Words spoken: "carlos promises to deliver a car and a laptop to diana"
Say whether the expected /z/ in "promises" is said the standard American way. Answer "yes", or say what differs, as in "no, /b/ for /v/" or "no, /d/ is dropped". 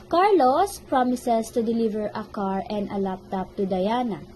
no, /s/ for /z/